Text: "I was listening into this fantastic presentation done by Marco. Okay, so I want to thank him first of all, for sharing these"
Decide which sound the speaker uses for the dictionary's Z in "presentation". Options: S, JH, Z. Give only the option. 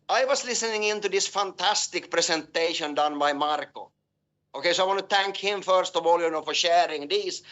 S